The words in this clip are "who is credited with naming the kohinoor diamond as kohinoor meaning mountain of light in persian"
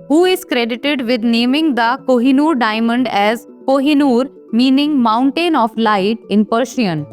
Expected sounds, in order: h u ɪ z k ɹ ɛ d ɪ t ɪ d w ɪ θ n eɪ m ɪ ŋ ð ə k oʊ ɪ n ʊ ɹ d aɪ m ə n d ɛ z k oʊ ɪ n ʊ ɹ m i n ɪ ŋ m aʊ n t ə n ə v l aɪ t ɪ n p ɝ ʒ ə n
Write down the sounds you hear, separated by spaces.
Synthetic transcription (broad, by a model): h u ɪ z k ɹ ɛ d ɪ t ɪ d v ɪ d n eɪ m ɪ ŋ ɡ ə k oʊ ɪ n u ɹ d aɪ m ə n d ɛ z k oʊ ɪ n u ɹ m i n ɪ ŋ m aʊ n t ə n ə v l aɪ t ɪ n p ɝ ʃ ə n